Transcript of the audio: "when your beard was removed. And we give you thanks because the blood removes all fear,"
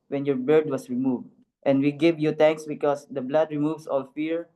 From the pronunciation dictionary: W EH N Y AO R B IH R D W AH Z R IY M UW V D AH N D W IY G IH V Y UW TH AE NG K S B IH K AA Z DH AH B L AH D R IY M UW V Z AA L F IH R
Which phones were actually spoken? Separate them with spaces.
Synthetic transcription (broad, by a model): W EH N Y AO R B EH R D W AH S R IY M UW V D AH N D W IY G IH V Y UW T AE NG K S B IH K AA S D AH B L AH D R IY M UW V S AA L F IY R